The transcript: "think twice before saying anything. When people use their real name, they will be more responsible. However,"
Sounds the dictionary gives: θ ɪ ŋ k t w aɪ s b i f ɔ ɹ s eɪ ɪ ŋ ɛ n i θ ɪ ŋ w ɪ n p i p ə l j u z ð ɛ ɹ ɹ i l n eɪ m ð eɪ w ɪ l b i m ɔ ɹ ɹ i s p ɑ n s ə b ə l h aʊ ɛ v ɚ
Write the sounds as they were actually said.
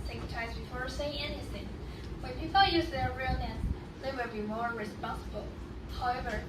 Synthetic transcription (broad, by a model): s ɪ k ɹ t aɪ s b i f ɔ ɹ s eɪ ɪ ŋ ɛ n i θ ɪ ŋ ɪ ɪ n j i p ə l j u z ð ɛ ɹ ɹ i l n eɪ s ð eɪ w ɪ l b i m ɔ ɹ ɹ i s p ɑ n s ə b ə l h aʊ ɛ v ɚ